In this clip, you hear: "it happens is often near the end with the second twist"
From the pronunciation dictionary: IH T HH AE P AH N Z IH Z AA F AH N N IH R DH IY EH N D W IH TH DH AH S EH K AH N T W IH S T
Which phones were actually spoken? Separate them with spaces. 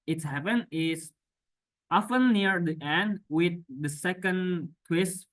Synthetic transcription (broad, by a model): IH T HH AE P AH N IH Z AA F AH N N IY R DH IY EH N D W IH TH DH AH S EH K AH N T W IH S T